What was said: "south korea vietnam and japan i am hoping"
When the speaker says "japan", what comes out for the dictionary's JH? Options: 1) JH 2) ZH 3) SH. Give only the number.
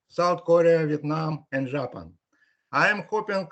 2